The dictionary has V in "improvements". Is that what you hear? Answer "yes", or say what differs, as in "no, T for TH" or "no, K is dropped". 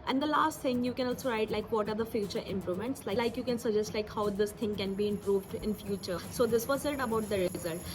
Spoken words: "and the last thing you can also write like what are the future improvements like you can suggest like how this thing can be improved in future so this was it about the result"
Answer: no, V is dropped